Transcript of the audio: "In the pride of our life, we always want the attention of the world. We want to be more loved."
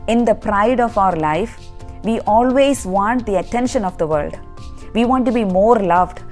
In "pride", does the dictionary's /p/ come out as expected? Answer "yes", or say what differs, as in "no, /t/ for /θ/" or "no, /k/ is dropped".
yes